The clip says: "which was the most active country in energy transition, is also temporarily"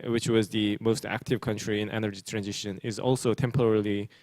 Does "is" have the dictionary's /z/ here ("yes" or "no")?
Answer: yes